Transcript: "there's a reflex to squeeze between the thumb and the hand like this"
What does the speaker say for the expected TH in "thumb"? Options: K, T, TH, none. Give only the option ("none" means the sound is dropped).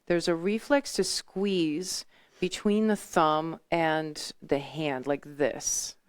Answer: TH